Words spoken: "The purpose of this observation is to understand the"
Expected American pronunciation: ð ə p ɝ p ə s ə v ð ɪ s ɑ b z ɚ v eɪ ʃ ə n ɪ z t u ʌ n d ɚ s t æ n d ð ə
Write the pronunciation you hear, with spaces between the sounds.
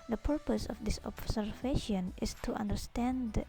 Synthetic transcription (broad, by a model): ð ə p ɝ p ə s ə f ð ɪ s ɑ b s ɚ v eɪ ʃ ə n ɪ s t u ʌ n d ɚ s t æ n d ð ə